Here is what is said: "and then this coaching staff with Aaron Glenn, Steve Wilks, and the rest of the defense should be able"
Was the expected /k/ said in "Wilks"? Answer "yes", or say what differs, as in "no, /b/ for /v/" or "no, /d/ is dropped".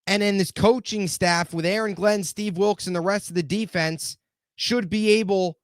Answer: yes